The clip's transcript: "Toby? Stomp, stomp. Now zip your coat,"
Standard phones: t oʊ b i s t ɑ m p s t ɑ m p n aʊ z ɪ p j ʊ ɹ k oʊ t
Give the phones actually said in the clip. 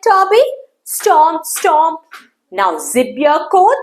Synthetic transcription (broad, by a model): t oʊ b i s t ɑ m s t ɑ m n aʊ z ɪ b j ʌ k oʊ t